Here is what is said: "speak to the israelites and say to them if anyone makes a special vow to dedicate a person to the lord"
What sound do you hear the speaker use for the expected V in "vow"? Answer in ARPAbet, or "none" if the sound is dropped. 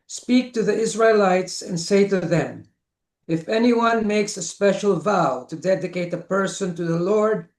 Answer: V